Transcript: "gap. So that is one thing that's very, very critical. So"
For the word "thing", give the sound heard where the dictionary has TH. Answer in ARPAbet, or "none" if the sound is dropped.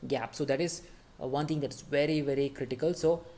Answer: T